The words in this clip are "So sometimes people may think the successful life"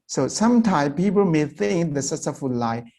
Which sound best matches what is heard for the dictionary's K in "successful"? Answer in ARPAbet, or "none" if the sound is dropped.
none